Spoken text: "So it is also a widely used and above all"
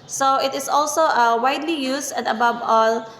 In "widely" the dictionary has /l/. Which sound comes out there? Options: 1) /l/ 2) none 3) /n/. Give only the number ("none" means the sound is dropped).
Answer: 1